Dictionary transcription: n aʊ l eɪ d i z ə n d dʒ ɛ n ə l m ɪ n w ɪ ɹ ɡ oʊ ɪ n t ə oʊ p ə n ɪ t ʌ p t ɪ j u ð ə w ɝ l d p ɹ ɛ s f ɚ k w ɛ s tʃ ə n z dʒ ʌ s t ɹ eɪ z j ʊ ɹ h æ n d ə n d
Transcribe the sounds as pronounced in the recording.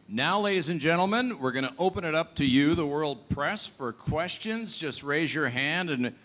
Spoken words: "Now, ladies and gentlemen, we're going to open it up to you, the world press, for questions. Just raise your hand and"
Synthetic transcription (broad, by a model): n aʊ l eɪ d i z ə n dʒ ɛ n l m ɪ n w ɪ ɹ ɡ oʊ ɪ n t ə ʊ p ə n ɪ t ʌ p t ɪ j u ð ə w ɝ l d p ɹ ɛ s f ɚ k w ɛ s tʃ ə n z dʒ ʌ s t ɹ eɪ z j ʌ ɹ h æ n d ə n